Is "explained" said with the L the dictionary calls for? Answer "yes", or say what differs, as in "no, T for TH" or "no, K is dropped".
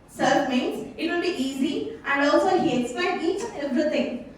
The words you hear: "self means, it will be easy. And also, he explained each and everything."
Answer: no, L is dropped